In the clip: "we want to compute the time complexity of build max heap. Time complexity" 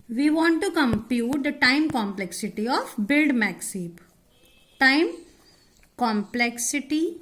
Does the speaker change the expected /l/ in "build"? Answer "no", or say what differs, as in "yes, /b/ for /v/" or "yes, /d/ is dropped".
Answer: no